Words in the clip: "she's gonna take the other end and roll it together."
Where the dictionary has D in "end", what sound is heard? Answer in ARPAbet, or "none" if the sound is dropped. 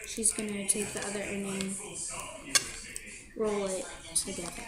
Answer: none